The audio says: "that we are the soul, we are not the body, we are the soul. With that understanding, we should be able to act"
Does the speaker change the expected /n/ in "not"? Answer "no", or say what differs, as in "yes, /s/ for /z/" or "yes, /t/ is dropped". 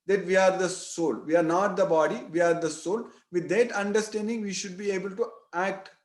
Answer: no